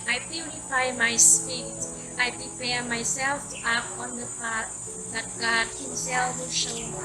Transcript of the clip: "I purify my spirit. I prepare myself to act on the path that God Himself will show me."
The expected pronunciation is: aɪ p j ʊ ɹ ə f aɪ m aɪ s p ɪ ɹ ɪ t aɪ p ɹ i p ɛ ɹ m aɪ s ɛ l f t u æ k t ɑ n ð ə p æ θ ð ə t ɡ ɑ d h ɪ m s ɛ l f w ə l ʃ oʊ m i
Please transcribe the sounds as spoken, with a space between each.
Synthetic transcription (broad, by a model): aɪ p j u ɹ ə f aɪ m aɪ s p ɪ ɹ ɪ t aɪ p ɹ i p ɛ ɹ m aɪ s ɛ l f t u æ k ɑ n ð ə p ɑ t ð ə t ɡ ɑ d h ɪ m s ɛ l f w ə ʃ oʊ